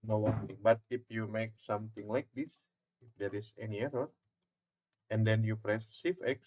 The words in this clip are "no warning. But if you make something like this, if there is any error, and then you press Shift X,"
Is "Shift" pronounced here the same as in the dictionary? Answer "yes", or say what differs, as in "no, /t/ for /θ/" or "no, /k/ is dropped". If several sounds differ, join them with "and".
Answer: no, /s/ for /ʃ/ and /t/ is dropped